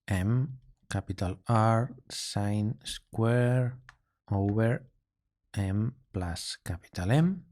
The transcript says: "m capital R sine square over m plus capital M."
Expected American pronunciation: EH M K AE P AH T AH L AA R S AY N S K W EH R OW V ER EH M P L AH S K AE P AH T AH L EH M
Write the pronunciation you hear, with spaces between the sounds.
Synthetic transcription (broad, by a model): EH M K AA P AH T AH L AA R S AY N S K W EH R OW B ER EH M P L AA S K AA P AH T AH L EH M